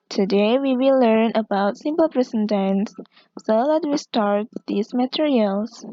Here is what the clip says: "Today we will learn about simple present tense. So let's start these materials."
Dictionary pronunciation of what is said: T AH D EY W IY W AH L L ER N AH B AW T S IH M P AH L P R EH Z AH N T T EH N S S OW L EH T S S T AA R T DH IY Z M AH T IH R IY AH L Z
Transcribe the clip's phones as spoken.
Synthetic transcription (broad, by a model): T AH D EY W IY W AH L L ER N AH B AW T S IH M P AH L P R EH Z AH N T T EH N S S OW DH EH T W S T AA R T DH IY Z M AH T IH R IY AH L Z